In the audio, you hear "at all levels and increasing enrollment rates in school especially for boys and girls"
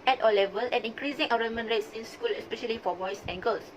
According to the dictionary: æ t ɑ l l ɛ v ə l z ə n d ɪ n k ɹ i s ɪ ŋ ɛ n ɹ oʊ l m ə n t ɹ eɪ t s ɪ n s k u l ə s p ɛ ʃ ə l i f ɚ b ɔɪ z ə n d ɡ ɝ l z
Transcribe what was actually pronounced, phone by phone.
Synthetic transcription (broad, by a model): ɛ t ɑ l l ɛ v ə l ə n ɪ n k ɹ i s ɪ ŋ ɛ ɹ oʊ m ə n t ɹ eɪ t s ɪ n s k u l ə s p ɛ ʃ ə l i f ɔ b ɔɪ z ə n ɡ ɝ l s